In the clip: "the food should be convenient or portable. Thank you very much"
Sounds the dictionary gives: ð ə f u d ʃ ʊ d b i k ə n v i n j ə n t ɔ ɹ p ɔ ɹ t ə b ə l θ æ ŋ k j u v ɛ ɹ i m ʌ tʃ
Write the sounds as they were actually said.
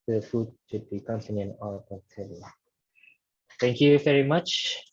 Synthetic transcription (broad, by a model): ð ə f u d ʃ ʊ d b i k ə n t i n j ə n ɔ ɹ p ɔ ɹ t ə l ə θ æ ŋ k j u v ɛ ɹ i m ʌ tʃ